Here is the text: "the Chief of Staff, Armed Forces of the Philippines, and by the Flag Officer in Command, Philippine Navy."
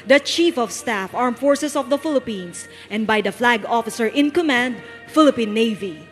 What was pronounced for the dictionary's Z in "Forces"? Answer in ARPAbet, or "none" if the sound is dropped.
S